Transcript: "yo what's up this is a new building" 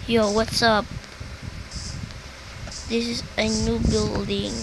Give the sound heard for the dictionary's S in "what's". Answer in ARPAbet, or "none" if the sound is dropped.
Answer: S